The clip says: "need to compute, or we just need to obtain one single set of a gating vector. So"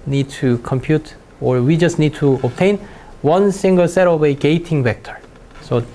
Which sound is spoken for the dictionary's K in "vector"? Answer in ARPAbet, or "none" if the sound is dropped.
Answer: K